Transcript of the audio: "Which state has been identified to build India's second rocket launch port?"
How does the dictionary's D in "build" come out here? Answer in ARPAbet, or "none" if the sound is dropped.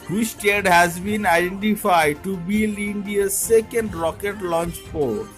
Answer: none